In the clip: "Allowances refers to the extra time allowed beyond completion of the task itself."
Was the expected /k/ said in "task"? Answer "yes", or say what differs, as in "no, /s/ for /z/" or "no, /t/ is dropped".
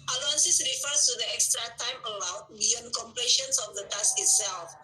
no, /k/ is dropped